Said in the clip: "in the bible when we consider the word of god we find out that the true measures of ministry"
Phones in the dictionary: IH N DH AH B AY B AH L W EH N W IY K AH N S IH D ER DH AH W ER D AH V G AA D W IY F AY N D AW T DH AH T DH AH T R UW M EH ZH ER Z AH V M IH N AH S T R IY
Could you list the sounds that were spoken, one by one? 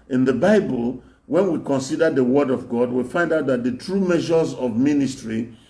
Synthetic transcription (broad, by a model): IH N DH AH B AY B AH L W EH N W IY K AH N S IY D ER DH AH W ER D AH V G AA D W IY F AY N D AW T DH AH T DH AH T R UW M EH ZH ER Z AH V M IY N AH S T R IY